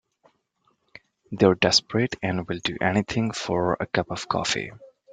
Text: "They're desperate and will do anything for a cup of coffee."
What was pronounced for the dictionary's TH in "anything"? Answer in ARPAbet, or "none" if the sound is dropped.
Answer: T